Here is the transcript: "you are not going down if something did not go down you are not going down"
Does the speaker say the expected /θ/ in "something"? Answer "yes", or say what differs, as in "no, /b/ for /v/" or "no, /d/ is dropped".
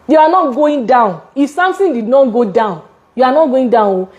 no, /t/ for /θ/